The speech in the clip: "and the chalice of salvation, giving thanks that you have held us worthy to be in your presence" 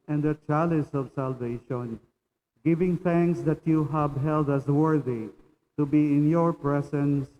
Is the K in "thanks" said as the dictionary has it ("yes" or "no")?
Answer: yes